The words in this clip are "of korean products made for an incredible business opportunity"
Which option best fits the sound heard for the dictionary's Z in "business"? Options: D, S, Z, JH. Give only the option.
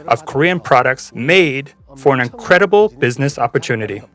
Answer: Z